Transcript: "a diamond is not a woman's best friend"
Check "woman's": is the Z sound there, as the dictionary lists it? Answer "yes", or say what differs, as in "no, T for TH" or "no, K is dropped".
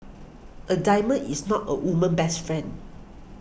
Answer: no, Z is dropped